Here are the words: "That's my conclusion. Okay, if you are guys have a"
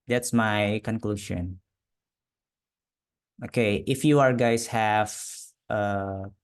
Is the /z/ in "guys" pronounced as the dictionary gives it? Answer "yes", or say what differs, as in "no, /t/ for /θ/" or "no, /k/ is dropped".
no, /s/ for /z/